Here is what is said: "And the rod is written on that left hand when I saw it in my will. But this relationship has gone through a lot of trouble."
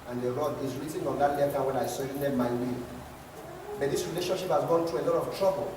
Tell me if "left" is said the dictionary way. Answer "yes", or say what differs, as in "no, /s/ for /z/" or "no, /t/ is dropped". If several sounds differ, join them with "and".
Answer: no, /f/ is dropped